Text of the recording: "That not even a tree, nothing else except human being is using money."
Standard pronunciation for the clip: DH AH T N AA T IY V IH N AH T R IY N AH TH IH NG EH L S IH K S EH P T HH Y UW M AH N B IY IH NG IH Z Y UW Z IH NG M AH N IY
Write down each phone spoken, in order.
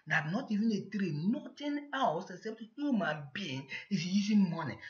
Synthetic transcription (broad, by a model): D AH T N AA T IY V IH N AH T R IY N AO T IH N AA W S IH K S EH P T HH Y UW M AH N B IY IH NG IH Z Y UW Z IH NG M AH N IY